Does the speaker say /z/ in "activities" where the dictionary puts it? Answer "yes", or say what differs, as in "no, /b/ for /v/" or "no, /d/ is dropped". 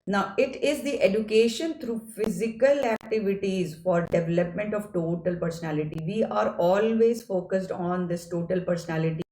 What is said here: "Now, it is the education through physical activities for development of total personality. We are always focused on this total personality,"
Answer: yes